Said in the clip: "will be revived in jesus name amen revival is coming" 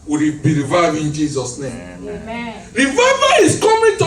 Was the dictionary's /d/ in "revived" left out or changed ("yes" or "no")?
yes